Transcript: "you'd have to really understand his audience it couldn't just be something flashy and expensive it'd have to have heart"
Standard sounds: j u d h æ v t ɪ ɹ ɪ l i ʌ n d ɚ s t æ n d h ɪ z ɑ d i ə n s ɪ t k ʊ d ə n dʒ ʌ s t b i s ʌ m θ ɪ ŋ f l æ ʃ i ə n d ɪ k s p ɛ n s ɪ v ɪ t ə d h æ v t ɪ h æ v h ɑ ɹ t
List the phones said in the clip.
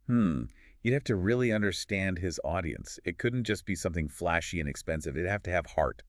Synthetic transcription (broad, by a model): j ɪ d h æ f t ɪ ɹ ɪ l i ʌ n d ɚ s t æ n d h ɪ z ɑ d i ə n s ɪ t k ʊ d n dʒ ʌ s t b i s ʌ m θ ɪ ŋ f l æ ʃ i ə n ɪ k s p ɛ n s ɪ v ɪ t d h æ f t ɪ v h ɑ ɹ t